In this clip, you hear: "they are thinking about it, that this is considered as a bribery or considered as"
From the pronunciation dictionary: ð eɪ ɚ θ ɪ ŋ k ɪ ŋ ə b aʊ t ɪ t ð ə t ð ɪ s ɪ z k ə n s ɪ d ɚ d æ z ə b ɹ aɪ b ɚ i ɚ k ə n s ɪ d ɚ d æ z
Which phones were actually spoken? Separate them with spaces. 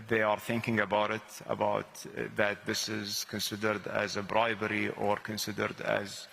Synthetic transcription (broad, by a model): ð eɪ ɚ θ ɪ ŋ k ɪ ŋ ə b aʊ t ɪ t ð ə t ð ɪ s ɪ z k ə n s ɪ d ɚ d æ z ə b ɹ aɪ b ɚ i ɚ k ə n s ɪ d ɚ d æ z